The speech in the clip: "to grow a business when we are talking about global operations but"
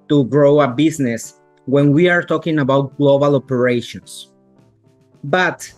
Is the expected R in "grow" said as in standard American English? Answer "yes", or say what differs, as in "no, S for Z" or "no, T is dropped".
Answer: yes